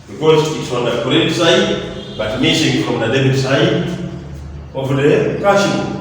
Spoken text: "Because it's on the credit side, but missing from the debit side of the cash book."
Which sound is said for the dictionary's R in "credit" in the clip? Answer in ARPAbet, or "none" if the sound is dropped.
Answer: none